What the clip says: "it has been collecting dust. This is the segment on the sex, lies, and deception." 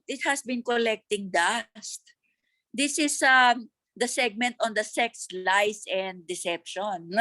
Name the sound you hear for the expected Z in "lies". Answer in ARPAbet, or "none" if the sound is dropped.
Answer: S